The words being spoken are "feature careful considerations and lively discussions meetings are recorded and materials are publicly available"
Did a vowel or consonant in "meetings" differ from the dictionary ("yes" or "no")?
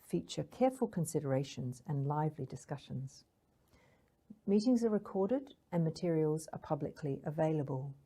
no